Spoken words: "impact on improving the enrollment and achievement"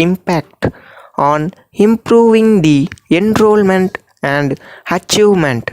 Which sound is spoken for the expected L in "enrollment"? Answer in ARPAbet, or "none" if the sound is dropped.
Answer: L